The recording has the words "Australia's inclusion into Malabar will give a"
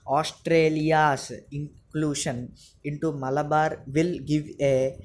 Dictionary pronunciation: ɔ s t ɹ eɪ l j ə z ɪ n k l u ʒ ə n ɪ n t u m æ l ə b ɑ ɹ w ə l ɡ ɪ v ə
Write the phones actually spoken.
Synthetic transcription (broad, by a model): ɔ s t ɹ eɪ l j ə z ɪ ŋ k l u ʃ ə n ɪ n t u m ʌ l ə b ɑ ɹ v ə l ɡ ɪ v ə